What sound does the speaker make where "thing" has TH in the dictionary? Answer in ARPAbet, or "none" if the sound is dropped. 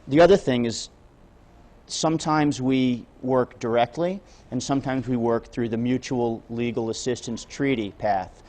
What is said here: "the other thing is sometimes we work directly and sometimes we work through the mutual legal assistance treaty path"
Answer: TH